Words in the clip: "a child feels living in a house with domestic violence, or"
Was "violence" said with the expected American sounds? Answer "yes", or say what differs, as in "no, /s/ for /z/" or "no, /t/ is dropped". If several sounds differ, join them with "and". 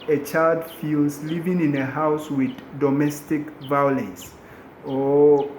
no, /n/ is dropped